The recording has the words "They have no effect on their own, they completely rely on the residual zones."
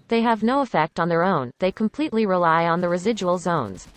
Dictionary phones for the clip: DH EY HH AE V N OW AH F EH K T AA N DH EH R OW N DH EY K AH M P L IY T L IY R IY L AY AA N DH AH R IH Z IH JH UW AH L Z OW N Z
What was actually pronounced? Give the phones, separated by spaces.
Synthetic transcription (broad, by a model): DH EY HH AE V N OW AH F EH K T N DH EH R OW N DH EY K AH M P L IY T L IY R IY L AY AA N DH AH R IH Z IH JH UW AH L Z OW N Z